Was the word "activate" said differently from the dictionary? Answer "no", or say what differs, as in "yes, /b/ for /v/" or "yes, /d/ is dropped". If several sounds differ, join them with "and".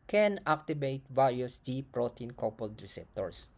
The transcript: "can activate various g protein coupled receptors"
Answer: yes, /b/ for /v/